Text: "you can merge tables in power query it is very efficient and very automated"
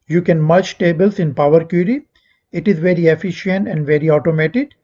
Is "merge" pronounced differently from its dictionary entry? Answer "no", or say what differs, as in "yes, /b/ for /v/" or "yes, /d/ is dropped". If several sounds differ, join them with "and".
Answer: yes, /tʃ/ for /dʒ/